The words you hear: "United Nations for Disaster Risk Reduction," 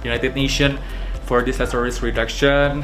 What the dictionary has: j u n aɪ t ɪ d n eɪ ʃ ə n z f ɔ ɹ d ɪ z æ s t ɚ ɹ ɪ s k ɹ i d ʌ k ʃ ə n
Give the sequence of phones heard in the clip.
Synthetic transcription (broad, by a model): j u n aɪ t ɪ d n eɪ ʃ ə n f ɔ ɹ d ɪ s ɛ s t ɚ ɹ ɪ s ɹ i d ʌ k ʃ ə n